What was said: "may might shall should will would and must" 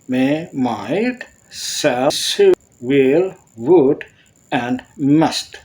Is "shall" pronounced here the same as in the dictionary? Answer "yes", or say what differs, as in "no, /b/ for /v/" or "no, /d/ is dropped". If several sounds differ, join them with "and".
no, /s/ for /ʃ/